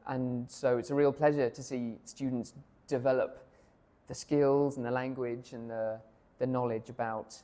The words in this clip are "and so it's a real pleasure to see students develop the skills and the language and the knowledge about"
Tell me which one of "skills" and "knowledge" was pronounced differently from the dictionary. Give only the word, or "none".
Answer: none